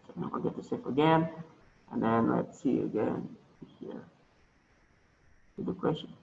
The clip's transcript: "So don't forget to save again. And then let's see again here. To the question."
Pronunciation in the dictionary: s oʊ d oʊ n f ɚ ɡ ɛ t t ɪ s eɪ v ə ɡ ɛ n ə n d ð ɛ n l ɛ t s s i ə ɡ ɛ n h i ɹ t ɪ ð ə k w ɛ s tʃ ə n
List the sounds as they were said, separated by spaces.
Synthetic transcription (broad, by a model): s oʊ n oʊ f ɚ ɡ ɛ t t ɪ s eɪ f ə ɡ ɛ n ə n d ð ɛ n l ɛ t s s i ə ɡ ɛ n h i ɹ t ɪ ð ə k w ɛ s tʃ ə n